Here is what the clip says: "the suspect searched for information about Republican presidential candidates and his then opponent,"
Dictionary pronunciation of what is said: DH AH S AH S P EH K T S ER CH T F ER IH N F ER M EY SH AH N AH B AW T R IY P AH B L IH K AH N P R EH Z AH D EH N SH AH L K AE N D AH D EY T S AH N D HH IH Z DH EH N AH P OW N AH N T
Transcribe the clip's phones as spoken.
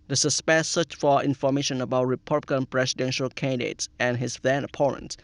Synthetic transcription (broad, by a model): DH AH S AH S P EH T S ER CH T F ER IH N F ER M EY SH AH N AH B AW T R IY P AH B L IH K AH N P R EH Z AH D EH N SH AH L K AE N D AH D EY T S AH N HH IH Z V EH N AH P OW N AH N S